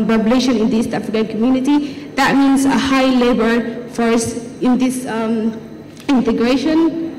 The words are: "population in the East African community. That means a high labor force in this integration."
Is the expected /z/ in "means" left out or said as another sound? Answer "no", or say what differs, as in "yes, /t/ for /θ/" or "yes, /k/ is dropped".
yes, /s/ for /z/